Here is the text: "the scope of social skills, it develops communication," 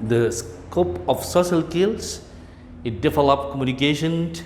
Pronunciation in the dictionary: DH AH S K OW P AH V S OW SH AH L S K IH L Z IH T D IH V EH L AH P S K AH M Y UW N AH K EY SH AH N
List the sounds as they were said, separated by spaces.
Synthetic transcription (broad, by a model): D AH S K OW P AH F S OW SH AH L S K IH L S IH T D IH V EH L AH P K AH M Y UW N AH K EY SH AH N